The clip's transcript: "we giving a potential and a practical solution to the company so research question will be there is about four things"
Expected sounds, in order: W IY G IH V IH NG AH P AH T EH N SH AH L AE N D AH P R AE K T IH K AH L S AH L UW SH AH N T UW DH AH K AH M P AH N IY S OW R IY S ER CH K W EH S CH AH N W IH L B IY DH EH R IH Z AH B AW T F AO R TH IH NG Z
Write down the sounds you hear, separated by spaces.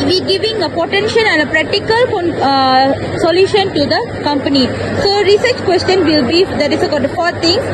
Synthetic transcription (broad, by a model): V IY G IH V IH NG AH P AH T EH N SH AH N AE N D AH P R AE K T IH K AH L S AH L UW SH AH N T UW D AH K AH M P AH N IY S OW R IY S ER CH K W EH S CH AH N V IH L B IY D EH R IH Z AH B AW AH F AO R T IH NG